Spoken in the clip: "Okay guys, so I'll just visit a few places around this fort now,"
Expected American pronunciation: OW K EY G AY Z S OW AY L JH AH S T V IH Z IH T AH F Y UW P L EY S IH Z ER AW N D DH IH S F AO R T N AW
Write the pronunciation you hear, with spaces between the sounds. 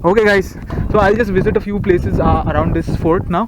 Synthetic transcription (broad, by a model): OW K EY G AY Z S OW AY L JH AH S T V IH Z IH T AH F Y UW P L EY S IH Z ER AW N D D IH S F AO R T N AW